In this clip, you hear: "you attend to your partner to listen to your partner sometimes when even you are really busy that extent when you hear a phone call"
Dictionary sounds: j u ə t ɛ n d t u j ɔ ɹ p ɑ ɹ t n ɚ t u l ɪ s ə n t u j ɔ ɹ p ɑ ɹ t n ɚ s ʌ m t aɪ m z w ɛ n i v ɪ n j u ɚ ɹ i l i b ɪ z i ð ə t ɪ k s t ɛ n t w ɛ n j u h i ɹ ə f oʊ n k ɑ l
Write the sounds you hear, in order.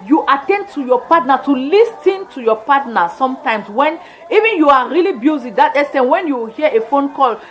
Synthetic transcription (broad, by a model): j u ə t ɛ n d t u j ɔ p ɑ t n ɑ t u l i s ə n t u j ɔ p ɑ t n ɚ s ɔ m t aɪ m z w ɛ n i v ɪ n j u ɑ ɹ i l i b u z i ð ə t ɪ s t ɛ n w ɛ n j u h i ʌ ə f oʊ n k ɑ l